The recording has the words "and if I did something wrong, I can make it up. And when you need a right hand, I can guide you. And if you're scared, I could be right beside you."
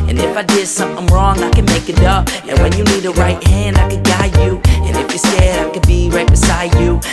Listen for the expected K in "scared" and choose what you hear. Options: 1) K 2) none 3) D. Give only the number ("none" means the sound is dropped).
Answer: 2